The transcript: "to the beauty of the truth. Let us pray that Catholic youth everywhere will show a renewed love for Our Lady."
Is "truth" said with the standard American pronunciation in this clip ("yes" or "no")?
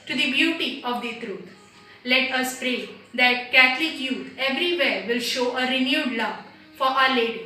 no